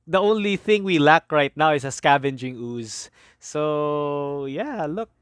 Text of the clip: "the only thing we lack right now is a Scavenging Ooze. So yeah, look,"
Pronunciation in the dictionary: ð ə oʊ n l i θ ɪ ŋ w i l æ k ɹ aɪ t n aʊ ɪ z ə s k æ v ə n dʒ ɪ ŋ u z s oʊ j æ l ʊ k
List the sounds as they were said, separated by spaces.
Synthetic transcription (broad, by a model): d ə oʊ n l i θ ɪ ŋ w i l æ k ɹ aɪ t n aʊ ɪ s ə s k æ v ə n dʒ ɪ ŋ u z s oʊ j æ l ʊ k